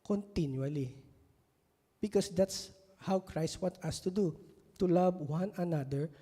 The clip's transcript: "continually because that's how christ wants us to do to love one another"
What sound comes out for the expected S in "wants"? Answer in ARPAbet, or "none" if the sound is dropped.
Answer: none